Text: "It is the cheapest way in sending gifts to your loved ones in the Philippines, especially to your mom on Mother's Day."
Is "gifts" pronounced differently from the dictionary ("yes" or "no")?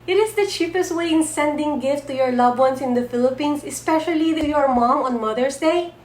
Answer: yes